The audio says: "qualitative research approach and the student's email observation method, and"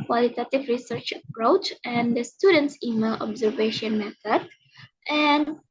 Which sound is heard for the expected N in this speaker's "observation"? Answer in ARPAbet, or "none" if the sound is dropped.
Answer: N